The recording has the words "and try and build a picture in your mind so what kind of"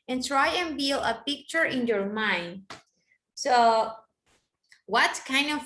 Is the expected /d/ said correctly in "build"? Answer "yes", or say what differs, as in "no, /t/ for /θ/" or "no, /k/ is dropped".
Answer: no, /d/ is dropped